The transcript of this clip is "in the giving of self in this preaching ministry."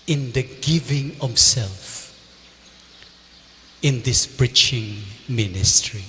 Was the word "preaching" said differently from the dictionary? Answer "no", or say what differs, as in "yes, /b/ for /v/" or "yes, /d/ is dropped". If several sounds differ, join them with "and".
yes, /b/ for /p/